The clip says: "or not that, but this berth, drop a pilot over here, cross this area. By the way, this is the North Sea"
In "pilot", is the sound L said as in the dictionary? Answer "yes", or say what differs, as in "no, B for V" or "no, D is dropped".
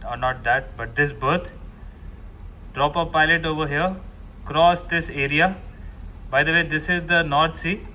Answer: yes